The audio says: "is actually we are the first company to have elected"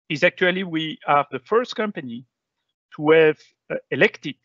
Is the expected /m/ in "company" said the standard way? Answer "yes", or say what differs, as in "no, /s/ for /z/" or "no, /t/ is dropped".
yes